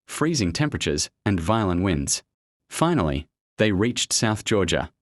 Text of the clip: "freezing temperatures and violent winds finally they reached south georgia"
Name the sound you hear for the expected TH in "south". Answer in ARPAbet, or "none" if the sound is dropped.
TH